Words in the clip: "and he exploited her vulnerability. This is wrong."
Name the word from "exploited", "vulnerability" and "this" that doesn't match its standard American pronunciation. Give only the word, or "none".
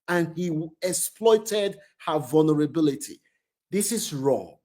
none